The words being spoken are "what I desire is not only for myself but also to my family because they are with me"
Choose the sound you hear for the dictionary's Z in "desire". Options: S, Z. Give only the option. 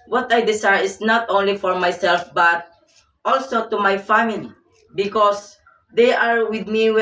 S